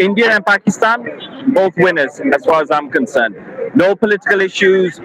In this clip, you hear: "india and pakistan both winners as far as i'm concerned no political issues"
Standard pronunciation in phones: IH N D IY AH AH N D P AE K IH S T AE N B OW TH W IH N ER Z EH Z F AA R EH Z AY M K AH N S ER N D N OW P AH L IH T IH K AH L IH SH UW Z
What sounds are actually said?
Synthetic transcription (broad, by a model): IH N D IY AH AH N P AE K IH S T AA N B OW TH W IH N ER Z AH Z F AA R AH Z AY M K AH N S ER N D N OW P AH L IH T IH K AH L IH SH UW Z